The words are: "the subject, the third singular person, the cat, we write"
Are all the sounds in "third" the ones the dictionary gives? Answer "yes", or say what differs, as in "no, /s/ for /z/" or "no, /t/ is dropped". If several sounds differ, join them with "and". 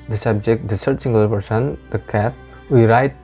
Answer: no, /s/ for /θ/